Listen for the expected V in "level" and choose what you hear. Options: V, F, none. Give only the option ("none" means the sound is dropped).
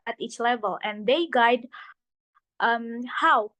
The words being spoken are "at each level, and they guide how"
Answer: V